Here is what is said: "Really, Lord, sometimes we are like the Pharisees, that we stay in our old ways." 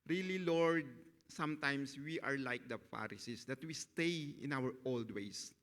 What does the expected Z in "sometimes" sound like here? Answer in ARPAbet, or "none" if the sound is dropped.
S